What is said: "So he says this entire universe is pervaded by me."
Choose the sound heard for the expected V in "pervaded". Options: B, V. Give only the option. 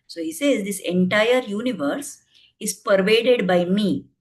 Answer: V